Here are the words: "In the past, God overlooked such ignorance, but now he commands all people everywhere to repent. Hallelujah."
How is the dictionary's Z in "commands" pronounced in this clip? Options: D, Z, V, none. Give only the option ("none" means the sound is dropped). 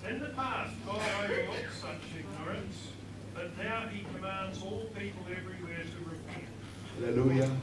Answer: Z